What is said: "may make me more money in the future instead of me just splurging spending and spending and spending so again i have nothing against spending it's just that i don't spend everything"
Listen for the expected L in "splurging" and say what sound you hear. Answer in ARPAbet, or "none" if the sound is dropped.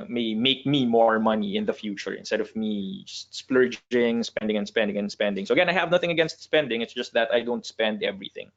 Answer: L